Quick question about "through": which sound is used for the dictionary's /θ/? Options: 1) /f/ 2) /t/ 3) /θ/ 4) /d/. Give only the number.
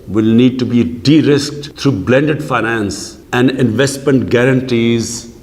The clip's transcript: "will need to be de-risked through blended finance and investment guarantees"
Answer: 2